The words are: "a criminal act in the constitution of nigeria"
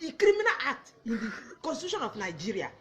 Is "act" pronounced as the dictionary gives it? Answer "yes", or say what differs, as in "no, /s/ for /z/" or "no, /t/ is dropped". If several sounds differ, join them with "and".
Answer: no, /k/ is dropped